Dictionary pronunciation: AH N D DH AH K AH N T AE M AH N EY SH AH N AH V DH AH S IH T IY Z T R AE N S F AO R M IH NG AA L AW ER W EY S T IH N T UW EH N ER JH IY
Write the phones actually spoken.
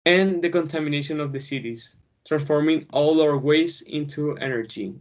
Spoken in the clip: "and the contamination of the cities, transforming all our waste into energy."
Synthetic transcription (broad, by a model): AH N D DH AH K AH N T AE M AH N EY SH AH N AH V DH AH S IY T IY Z T R AE N S F AO R M IH NG AA L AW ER W EY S IH N T UW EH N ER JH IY